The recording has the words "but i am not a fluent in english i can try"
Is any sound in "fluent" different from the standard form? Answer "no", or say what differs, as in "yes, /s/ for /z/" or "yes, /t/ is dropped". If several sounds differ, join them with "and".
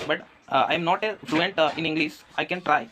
no